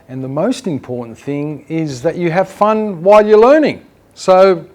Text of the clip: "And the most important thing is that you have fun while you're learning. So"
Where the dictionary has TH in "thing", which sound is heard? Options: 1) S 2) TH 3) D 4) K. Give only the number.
2